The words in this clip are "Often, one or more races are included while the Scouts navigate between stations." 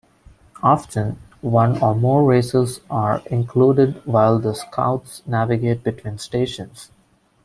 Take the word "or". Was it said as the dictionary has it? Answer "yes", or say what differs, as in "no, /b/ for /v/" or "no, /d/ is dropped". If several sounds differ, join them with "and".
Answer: yes